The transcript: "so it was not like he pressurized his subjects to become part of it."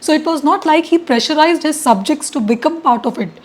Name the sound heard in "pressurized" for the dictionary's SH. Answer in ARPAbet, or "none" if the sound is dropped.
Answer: SH